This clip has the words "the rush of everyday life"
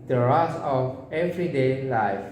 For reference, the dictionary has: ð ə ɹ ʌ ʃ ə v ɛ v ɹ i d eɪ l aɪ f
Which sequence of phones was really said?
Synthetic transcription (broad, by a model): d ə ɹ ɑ s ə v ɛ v ɹ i d eɪ l aɪ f